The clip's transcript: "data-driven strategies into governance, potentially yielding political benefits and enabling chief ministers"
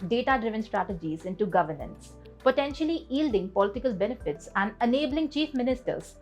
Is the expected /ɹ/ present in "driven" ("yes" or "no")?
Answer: yes